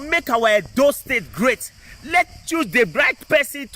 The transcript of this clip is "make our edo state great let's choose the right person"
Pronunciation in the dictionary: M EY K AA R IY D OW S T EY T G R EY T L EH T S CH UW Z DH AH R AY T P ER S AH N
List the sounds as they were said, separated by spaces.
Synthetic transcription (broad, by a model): M EY K AA W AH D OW S T EY T G R EY T L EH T CH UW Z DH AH R AY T P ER S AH N